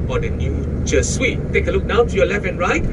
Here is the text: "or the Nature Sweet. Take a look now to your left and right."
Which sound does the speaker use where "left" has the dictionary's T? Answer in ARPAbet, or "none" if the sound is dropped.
none